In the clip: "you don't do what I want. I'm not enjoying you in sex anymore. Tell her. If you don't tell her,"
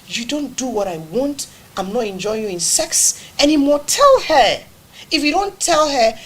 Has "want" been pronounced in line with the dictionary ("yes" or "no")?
yes